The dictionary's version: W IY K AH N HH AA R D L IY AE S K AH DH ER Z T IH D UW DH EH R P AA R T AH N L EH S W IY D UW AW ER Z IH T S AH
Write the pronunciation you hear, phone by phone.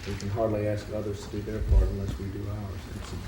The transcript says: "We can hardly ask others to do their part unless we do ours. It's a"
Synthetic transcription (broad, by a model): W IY K AH N HH AA R D L IY AE S K AH DH ER Z T IH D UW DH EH R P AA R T AH N L EH S W IY D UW AW ER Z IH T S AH